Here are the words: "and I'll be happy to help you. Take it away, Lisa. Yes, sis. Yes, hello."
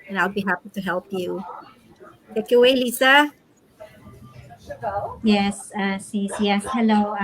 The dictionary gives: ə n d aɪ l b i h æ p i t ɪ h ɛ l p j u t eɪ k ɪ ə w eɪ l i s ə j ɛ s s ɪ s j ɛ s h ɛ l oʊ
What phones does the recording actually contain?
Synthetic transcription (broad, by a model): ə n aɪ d b i h æ p i t ɪ h ɛ l p j u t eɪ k ɪ ə w eɪ l i s ə j ɛ s s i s j ɛ s h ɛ l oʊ